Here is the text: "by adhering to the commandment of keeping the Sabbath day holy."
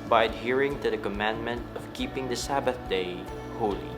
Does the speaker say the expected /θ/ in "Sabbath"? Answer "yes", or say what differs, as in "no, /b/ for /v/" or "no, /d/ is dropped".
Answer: yes